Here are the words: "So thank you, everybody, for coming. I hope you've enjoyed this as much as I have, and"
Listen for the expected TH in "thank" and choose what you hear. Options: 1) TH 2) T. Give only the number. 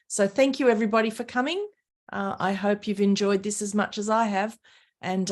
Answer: 1